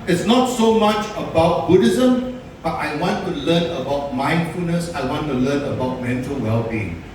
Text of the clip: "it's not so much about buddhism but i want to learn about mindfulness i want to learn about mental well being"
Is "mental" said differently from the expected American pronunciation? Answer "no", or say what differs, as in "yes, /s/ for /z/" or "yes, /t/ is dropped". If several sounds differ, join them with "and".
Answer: no